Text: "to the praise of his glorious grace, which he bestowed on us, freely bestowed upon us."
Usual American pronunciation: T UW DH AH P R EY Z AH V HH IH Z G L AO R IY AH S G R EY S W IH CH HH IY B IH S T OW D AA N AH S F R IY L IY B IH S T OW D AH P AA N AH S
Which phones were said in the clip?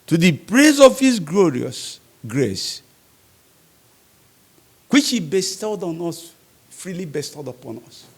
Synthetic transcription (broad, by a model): T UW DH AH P R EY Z AH V HH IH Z G L AO R IY AH S G R EY S W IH CH HH IY B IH S T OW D AA N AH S F R IY L IY B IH S T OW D AH P AA N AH S